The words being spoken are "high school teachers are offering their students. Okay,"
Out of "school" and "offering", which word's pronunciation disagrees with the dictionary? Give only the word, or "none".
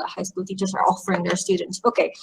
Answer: none